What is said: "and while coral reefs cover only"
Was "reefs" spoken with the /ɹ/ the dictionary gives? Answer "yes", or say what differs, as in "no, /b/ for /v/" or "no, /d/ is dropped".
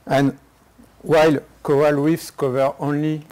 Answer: no, /w/ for /ɹ/